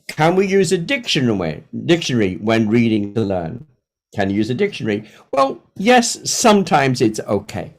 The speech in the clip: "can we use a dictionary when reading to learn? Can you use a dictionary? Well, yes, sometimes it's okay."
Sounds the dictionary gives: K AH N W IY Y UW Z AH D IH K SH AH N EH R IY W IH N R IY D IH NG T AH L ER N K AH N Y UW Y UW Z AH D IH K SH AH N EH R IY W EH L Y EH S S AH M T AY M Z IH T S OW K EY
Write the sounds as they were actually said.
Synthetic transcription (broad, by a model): K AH N W IY Y UW Z AH D IH K SH AH N EH R IY W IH N R IY D IH NG T AH L ER N K AH N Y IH Y UW Z AH D IH K SH AH N EH R IY W EH L Y EH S S AH M T AY M Z IH T S OW K EY